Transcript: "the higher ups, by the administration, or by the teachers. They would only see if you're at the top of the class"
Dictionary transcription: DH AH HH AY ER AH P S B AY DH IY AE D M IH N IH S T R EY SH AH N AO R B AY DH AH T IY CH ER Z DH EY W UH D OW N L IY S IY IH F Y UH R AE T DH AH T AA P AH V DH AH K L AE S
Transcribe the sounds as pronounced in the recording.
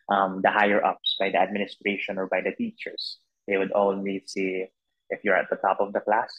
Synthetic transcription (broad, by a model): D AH HH AY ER AH P S B AY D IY AE D M IH N IH S T R EY SH AH N AO R B AY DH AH T IY CH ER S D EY W UH D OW L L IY S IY IH F Y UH R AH T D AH T AA P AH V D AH K L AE S